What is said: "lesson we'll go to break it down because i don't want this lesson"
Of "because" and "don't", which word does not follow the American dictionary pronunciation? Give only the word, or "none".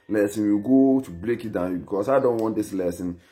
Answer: because